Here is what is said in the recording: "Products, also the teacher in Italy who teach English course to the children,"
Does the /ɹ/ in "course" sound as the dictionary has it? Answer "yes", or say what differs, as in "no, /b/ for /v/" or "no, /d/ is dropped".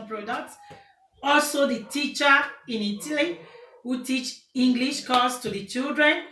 no, /l/ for /ɹ/